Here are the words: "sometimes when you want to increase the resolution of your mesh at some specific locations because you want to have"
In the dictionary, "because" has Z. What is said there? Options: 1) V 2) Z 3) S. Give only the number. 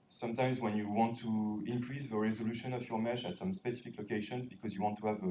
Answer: 2